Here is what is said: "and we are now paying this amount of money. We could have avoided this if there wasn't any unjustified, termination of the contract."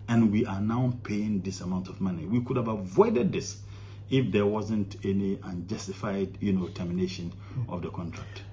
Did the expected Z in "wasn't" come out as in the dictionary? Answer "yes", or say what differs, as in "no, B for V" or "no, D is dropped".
yes